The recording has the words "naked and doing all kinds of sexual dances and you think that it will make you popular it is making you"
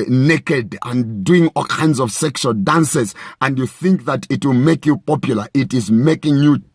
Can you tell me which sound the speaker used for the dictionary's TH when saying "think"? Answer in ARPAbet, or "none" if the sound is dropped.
TH